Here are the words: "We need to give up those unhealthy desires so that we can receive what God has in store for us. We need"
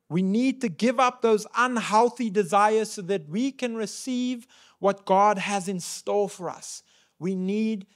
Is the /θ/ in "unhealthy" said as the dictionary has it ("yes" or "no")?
yes